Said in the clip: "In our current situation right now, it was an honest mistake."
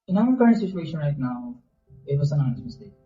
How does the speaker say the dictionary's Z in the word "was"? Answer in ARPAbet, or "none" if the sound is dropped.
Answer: S